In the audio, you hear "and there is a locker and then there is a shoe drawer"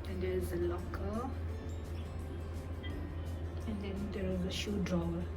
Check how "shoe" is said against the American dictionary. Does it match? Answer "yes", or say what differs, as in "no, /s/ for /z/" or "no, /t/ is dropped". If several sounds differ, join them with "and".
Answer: yes